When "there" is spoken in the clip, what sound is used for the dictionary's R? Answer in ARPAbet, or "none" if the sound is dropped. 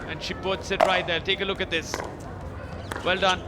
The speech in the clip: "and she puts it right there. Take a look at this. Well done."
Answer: L